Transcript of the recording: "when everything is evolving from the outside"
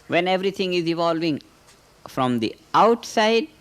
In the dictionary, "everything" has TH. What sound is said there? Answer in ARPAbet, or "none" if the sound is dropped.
T